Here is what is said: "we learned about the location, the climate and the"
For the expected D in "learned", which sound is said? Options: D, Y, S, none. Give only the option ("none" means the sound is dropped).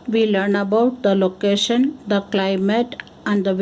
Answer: none